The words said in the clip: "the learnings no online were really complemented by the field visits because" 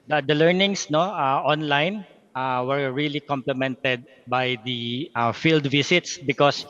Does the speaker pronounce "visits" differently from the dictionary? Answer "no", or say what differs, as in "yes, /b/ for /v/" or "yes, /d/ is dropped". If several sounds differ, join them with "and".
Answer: yes, /s/ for /z/